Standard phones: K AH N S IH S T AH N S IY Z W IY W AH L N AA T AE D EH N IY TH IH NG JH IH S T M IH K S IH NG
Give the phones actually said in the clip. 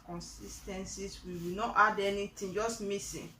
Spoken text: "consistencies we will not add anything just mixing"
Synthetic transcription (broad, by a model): K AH N S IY S T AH N S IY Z W IY W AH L N AA T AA D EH N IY T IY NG JH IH S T M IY S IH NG